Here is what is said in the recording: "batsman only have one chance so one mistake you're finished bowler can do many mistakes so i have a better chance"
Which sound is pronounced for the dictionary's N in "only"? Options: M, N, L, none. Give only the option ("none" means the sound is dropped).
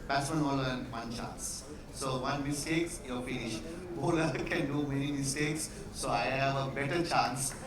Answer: none